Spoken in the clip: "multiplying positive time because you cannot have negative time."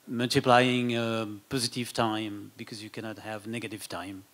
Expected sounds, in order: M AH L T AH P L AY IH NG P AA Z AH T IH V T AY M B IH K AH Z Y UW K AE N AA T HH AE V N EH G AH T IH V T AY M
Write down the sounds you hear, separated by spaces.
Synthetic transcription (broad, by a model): M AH L T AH P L AY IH NG P AA Z AH T IH V T AY M B IH K AH Z Y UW K AE N AA T HH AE V N EH G AH T IH V T AY M